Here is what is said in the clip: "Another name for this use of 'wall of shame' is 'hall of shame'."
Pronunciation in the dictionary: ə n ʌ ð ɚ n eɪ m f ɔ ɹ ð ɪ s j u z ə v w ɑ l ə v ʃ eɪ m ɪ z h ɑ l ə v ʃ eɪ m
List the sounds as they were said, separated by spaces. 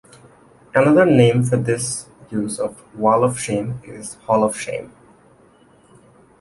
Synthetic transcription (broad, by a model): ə n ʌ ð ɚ n eɪ m f ɔ ɹ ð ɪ s j u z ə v w ɑ l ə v ʃ eɪ m ɪ z h ɑ l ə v ʃ eɪ m